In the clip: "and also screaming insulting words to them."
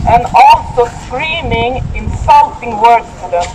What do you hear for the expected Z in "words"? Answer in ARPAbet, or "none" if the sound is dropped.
none